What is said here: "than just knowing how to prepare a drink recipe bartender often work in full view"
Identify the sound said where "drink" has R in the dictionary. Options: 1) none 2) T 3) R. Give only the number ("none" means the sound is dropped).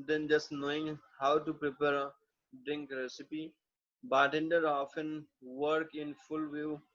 3